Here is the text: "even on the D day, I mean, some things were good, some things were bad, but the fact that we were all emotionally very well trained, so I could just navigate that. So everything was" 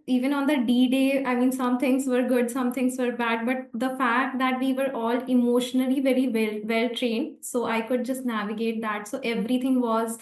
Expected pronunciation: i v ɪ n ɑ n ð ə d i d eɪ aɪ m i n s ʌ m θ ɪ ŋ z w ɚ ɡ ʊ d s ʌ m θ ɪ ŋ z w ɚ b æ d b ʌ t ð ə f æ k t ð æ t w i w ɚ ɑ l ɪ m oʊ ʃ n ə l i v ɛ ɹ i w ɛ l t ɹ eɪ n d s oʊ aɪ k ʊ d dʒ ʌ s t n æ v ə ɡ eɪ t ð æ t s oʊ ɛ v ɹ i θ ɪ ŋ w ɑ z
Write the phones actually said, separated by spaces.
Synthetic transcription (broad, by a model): i v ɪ n ɑ n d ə d i d eɪ aɪ m i n s ʌ m t ɪ ŋ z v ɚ ɡ ʊ d s ʌ m t ɪ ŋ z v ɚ b æ d b ʌ t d ə f æ k t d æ t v i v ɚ ɑ l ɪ m oʊ ʃ n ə l i v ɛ ɹ i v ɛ l t ɹ eɪ n d s oʊ aɪ k ʊ d dʒ ʌ s t n æ v ə ɡ eɪ t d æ t s oʊ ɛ v ɹ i t ɪ ŋ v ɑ z